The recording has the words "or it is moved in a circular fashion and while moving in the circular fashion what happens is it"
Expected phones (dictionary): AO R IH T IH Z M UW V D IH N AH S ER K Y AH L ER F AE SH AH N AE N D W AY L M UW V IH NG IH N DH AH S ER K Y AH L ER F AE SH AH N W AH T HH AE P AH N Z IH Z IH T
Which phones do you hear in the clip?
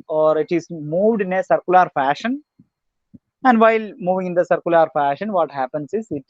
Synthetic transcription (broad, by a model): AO R IH T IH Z M UW V D IH N AH S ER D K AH L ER F AE SH AH N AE N D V AY L M UW V IH NG IH N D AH S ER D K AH L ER F AE SH AH N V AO T HH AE P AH N S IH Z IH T